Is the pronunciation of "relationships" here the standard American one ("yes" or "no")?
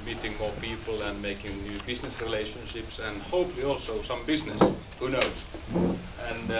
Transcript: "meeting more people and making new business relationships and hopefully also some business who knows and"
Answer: yes